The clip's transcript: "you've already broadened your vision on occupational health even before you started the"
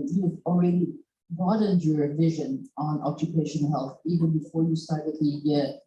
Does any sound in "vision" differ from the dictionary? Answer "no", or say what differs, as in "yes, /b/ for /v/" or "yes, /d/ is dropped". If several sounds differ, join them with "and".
no